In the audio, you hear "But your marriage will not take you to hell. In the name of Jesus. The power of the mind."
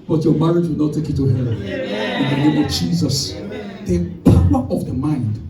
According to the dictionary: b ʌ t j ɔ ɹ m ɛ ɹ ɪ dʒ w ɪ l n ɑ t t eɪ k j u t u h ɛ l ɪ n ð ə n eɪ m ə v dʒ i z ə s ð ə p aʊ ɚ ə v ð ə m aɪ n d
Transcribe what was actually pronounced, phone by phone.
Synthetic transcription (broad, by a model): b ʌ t j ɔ m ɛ ɹ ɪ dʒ w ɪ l n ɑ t t eɪ k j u t u h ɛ n ɪ n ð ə n eɪ m ə v dʒ i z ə s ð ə p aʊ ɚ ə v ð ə m aɪ n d